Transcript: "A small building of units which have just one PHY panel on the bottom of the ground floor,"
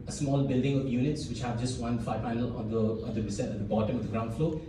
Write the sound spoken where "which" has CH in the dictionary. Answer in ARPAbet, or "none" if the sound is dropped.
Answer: CH